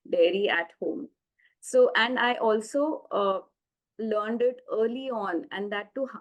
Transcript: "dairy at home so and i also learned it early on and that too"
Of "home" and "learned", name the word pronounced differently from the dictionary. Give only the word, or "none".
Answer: none